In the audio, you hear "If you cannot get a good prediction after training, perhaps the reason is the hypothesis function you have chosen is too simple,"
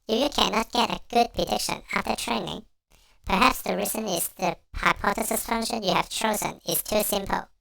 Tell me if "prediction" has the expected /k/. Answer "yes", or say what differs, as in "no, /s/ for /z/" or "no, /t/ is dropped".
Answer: yes